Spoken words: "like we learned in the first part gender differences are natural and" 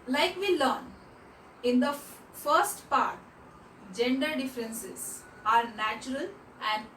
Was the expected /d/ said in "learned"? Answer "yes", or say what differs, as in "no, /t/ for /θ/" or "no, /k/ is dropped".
no, /d/ is dropped